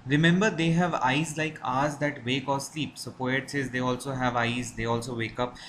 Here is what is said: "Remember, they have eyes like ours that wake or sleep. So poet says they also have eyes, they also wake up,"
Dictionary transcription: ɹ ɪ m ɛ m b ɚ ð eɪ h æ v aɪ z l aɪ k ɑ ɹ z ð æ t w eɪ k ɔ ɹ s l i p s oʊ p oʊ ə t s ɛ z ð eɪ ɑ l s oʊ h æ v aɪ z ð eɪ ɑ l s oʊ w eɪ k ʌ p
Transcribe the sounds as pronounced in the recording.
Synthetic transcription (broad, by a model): ɹ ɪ m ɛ m b ɚ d eɪ h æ v aɪ z l aɪ k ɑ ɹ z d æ t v eɪ k ɔ ɹ s l i p s oʊ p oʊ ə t s ɛ z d eɪ ɑ l s oʊ h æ v aɪ z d eɪ ɑ l s oʊ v eɪ k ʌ p